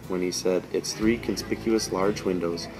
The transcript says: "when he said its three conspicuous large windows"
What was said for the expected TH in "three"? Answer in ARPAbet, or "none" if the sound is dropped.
TH